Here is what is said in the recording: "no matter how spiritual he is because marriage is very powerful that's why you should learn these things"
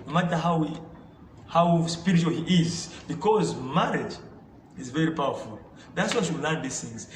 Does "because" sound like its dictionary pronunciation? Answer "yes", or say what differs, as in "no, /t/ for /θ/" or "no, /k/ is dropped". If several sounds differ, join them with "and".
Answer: yes